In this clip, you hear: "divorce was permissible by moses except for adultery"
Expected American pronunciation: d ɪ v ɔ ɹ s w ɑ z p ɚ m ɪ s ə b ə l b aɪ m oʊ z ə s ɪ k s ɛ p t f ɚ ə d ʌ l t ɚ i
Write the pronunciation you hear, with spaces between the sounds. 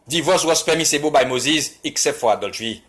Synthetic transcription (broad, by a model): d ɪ v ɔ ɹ s w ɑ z p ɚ m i s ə b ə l b aɪ m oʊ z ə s ɪ k s ɛ p t f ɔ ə d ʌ l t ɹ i